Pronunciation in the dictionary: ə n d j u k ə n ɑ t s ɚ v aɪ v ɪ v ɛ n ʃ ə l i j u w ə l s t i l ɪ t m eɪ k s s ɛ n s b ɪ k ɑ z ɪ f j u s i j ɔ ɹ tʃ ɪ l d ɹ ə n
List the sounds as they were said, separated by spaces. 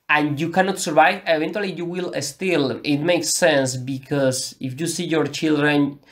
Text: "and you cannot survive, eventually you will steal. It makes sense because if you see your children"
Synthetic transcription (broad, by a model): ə n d j u k ə n ɑ t s ɚ v aɪ v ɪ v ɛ n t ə l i j u w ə l s t i l ɪ t m eɪ k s s ɛ n s b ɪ k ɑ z ɪ f j u s i j ɔ ɹ tʃ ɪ l d ɹ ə n